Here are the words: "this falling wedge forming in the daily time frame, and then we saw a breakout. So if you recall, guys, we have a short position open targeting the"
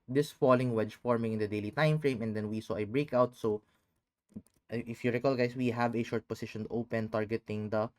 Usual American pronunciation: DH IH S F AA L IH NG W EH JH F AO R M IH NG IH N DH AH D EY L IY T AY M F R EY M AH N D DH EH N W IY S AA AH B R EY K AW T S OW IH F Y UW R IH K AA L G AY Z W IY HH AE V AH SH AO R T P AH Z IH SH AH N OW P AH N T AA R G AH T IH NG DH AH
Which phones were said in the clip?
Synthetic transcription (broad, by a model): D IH S F AA L IH NG W EH JH F AO R M IH NG IH N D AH D EY L IY T AY M F R EY M AH N D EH N W IY S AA AH B R EY K AW T S OW IH F Y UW R IH K AA L G AY S W IY HH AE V AH SH AO R T P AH S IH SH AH N OW P AH N T AA R G AH T IH NG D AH